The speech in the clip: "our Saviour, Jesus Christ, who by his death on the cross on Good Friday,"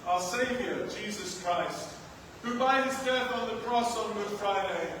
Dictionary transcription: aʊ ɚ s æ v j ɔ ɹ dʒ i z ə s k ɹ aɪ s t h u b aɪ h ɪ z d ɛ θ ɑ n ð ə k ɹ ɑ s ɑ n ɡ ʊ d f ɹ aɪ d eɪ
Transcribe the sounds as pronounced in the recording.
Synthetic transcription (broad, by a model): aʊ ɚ s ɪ v j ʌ ɹ dʒ i z ə s k ɹ aɪ s t h u b aɪ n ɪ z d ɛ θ n ð ə k ɹ ɑ s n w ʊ f ɹ aɪ d eɪ